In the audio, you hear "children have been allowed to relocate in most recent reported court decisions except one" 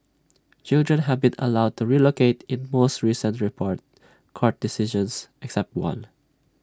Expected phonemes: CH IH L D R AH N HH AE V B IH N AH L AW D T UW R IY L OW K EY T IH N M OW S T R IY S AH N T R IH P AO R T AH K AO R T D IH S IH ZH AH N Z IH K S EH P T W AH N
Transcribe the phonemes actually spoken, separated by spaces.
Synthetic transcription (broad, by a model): CH IH L D R AH N HH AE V B IH N AH L AW D T UW R IY L OW K EY T IH N M OW S T R IY S AH N T R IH P AO R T K AO R T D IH S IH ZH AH N S IH K S EH P T W AH N